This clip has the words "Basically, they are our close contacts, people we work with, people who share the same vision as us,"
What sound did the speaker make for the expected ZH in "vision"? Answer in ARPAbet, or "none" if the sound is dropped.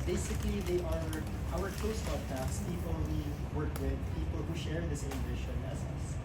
SH